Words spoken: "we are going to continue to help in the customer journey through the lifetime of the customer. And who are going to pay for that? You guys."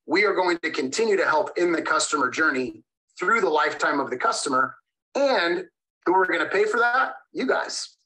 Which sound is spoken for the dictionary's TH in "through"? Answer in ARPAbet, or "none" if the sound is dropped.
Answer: TH